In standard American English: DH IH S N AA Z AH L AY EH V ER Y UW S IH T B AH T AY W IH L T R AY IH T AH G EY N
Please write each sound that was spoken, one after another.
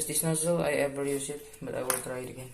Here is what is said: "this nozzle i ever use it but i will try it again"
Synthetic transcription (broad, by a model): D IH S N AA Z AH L AY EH B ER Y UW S IH T B AH T AY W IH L T R AY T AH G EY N